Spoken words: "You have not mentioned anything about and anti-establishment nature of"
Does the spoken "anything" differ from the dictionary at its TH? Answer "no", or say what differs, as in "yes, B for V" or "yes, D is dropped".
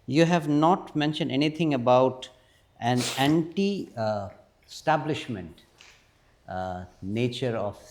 yes, T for TH